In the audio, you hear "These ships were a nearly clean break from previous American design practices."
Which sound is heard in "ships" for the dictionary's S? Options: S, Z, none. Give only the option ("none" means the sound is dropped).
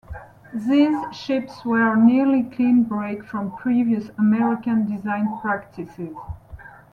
S